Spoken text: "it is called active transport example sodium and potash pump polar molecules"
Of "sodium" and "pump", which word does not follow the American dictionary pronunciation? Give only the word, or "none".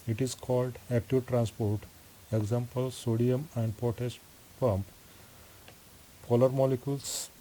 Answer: none